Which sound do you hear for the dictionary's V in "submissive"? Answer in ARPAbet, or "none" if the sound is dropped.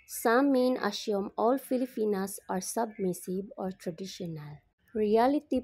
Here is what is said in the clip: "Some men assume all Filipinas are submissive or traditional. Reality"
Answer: B